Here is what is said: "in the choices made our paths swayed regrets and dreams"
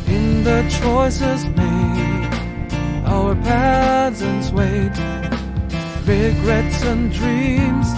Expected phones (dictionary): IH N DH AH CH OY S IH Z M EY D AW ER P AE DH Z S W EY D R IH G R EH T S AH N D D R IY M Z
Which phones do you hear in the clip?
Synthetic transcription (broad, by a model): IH N DH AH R OY S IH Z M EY AW ER P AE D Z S W EY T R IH G R EH T S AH N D D R IY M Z